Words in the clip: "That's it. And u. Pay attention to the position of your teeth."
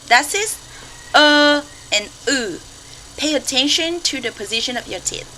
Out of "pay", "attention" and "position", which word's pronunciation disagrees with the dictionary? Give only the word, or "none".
none